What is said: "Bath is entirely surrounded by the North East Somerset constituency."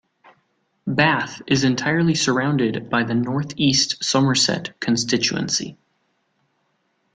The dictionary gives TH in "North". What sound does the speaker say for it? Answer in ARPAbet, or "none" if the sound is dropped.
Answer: TH